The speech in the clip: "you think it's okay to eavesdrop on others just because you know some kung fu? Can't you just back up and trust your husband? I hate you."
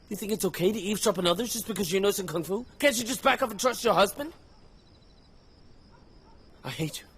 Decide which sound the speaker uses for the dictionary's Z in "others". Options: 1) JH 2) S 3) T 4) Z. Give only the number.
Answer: 4